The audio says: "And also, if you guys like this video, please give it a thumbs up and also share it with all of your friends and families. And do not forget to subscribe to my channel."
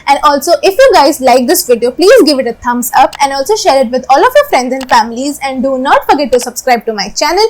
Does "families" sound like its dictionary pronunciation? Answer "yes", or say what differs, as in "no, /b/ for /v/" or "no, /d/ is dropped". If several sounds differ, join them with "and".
yes